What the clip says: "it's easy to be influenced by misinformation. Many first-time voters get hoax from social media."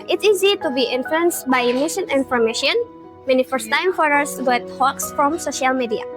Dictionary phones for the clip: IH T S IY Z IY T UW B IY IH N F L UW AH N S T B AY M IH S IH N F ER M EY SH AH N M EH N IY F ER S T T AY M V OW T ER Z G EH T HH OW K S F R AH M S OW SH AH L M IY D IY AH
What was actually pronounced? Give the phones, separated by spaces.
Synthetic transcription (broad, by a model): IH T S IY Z IY T UW B IY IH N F L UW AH N S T B AY M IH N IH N F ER M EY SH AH N M EH N IY F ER S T T AY M F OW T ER S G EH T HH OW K S F R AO M S OW SH AH L M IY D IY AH